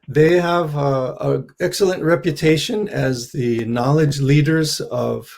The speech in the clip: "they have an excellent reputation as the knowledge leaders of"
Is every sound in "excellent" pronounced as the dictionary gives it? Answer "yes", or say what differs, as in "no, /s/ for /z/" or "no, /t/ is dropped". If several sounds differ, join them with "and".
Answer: yes